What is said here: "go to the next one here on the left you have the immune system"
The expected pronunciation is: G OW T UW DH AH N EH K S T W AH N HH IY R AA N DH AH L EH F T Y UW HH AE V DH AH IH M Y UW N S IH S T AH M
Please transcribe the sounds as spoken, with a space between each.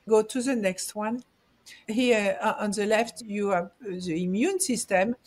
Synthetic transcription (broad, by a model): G OW T UW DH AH N EH K S T W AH N HH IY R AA N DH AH L EH F T Y UW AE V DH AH IH M Y UW N S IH S T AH M